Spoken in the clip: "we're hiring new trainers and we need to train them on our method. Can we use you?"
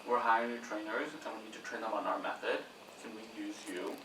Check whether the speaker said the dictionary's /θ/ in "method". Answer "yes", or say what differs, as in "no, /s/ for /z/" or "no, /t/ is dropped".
yes